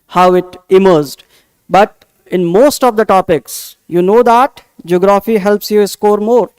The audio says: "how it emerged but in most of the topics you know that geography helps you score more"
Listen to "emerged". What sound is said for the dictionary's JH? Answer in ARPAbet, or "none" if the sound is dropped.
Z